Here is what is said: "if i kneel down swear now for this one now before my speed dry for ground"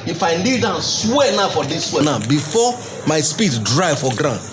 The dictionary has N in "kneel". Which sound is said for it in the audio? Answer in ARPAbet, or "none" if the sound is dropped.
L